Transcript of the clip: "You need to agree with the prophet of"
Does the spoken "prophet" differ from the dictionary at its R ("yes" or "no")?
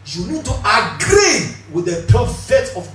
yes